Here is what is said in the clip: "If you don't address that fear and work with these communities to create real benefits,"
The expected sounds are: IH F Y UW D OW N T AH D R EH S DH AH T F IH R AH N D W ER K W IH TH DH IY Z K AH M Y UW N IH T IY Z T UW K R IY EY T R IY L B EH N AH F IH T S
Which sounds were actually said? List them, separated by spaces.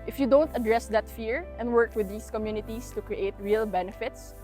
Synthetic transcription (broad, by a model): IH F Y UW D OW N T AH D R EH S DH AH T F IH R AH N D W ER K W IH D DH IY S K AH M Y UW N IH T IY S T UW K R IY EY T R IY L B EH N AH F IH T S